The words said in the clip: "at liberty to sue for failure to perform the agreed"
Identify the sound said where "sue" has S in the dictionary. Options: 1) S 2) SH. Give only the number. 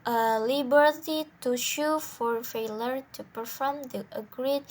2